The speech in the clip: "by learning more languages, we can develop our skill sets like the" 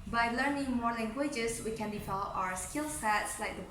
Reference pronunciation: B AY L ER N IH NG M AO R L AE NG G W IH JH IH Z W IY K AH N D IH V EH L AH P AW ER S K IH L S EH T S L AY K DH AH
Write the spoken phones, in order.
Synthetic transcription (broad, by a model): B AY L ER N IH NG M AO R L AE NG G W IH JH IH S W IY K AH N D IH F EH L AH UH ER S K IH L S EH T S L AY K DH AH